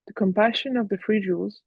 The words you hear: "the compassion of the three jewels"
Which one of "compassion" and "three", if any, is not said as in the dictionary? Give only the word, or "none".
three